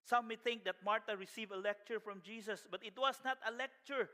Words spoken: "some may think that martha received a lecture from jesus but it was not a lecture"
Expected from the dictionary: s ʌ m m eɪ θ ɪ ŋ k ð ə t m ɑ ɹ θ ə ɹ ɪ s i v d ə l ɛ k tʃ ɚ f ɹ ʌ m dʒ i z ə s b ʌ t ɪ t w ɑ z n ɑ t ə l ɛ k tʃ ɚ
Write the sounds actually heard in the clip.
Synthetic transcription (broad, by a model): s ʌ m m eɪ θ ɪ ŋ k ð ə t m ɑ ɹ t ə ɹ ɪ s i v ə l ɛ k tʃ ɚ f ɹ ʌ m dʒ i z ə s b ʌ t ɪ t w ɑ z n ɑ t ə l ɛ k tʃ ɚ